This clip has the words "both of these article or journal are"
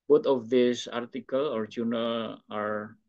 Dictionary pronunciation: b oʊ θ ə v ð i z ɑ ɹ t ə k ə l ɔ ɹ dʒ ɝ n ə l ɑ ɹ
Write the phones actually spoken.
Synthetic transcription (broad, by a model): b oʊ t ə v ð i s ɑ ɹ t ə k ə l ɔ ɹ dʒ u n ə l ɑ ɹ